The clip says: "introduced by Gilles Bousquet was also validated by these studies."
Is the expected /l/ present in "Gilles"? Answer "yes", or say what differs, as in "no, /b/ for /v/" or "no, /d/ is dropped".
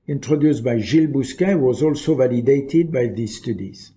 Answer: yes